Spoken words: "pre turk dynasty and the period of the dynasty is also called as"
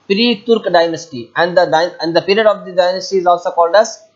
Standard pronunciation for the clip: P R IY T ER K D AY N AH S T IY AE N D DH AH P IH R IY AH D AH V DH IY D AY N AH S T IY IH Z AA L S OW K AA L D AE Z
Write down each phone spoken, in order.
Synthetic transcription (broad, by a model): P R IY T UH K D AY N AH S T IY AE N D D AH P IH R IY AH D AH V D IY D AY N AH S T IY IH Z AA L S OW K AA L D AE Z